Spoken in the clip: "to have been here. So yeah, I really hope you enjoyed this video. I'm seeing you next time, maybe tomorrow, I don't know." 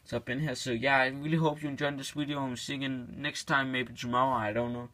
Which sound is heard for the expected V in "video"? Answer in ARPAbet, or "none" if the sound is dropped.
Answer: W